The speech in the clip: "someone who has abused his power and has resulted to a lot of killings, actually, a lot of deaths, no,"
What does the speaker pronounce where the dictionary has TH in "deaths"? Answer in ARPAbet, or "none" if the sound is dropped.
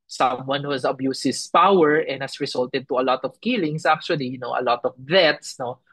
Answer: T